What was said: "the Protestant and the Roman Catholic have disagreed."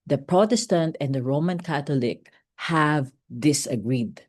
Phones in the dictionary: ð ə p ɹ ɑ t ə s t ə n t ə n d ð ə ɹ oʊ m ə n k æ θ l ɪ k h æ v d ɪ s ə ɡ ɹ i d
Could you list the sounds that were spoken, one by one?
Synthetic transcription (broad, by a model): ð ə p ɹ ɑ t ə s t ə n t ə n d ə ɹ oʊ m ə n k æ t l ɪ k h æ v d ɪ s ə ɡ ɹ i d